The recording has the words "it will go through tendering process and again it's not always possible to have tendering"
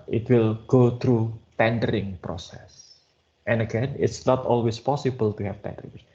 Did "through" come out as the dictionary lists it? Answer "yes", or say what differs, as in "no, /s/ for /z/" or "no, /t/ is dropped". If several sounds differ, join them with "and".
no, /t/ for /θ/